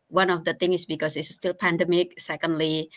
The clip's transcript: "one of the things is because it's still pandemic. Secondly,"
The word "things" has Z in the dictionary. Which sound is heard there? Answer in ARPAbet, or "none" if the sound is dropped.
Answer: none